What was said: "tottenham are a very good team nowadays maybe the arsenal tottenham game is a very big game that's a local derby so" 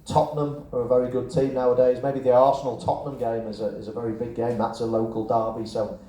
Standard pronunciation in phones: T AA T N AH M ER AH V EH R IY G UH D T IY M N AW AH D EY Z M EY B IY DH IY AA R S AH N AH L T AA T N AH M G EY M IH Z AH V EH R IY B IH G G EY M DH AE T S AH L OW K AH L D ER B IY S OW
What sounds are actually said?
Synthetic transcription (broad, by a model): T AA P N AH M ER AH V EH R IY G UH D T IY M N AW AH D EY Z M EY B IY DH IY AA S AH N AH L T AA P N AH M G EY M IH Z AH V EH R IY B IH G G EY M DH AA T S AH L OW K AH L D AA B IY S OW